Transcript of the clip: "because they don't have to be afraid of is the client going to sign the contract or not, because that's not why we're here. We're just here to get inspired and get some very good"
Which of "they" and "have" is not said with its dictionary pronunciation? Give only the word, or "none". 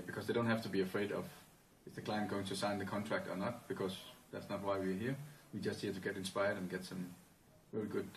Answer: have